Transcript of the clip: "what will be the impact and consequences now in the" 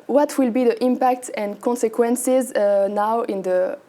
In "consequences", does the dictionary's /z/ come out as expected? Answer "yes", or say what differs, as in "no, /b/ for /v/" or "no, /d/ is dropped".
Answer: yes